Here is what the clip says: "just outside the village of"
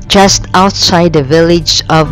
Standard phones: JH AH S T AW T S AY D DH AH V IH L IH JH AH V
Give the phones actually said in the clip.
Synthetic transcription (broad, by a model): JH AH S T AW T S AY D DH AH V IH L IH JH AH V